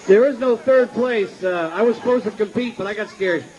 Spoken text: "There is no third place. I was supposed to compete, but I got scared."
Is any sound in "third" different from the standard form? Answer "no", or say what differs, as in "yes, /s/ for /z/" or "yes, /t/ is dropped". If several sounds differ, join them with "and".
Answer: no